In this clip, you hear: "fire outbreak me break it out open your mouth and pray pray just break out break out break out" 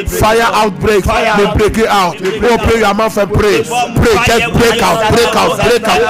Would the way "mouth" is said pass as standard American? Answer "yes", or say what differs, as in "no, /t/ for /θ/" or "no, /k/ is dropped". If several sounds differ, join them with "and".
no, /f/ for /θ/